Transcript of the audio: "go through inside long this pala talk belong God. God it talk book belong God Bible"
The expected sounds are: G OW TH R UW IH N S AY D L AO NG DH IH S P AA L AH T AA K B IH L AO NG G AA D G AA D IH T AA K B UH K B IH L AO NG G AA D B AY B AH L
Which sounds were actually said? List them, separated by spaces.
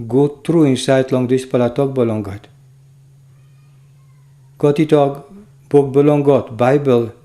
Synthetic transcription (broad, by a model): G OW T R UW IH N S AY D L AO NG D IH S P AA L AH T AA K B IH L AO NG G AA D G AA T IH T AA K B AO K B IH L AO NG G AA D B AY B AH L